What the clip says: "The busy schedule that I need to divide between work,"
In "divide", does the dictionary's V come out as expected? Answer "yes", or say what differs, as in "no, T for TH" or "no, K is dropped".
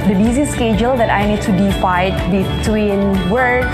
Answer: no, F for V